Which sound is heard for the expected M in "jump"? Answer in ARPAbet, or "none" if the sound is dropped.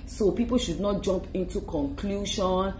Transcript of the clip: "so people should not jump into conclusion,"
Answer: M